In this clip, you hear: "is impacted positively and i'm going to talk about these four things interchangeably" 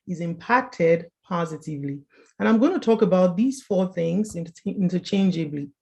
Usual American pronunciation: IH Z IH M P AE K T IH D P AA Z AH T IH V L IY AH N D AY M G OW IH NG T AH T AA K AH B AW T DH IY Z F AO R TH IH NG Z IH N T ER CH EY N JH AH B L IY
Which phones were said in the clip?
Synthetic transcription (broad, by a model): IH Z IH M P AE K T IH D P AA Z AH T IH V L IY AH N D AY M G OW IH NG T AH T AA K AH B AW T DH IY Z F AO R TH IH NG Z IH N T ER CH EY N JH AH B L IY